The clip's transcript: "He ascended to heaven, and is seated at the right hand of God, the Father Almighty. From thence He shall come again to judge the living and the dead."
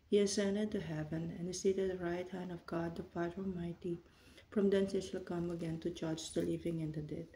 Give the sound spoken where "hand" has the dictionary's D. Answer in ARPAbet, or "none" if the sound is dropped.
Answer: D